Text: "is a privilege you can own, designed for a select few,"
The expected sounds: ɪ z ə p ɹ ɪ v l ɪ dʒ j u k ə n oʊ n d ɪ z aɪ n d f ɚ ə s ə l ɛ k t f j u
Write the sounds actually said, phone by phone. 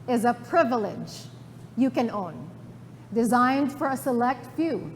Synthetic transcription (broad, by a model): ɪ z ə p ɹ ɪ v l ɪ dʒ j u k ə n oʊ n d ɪ z aɪ n d f ɚ ə s ə l ɛ k t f j u